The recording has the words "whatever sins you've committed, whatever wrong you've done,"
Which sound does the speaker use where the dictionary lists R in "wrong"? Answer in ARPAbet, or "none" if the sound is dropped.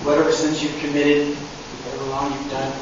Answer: L